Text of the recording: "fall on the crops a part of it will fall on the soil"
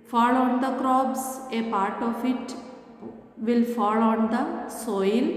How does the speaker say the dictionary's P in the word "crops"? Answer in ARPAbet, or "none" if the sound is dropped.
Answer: B